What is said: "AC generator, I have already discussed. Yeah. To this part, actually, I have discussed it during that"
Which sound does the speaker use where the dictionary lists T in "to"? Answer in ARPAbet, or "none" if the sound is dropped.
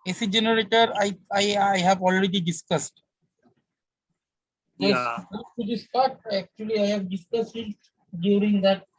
S